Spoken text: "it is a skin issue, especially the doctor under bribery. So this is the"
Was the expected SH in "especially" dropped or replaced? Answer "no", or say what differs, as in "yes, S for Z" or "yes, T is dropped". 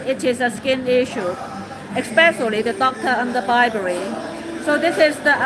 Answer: yes, S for SH